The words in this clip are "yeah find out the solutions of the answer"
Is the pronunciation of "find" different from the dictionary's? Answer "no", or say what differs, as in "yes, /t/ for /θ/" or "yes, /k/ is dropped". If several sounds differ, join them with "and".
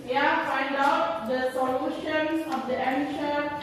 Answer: no